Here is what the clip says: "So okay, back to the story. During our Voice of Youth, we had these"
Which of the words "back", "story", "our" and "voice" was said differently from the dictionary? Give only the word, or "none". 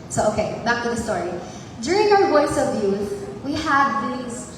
voice